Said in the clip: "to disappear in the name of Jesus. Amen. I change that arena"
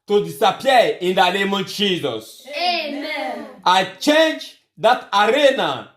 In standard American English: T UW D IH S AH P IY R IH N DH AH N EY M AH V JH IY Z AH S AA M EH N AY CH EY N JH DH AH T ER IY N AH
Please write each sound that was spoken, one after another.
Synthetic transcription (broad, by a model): T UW D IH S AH P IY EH IH N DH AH N EY M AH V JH IY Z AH S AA IH CH EY N JH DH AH T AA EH N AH